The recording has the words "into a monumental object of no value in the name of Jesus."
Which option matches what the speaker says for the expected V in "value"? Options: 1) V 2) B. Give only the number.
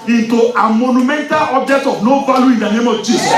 2